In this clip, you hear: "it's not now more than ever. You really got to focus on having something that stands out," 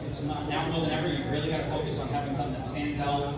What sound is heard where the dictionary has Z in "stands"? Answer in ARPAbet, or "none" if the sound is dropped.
Z